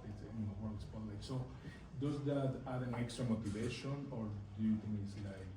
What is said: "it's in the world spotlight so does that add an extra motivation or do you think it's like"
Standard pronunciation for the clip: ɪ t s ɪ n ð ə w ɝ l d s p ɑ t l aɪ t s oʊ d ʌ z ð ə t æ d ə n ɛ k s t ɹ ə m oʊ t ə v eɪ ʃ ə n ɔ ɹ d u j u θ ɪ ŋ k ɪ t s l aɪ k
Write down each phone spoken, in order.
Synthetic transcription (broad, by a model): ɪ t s ɪ n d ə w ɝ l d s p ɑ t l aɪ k s oʊ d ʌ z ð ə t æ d ə n ɛ k s t ɹ ə m oʊ t ə v eɪ ʃ ə n ɔ ɹ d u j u t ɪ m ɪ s l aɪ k